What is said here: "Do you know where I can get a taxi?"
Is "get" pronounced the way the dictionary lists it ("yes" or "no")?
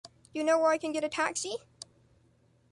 yes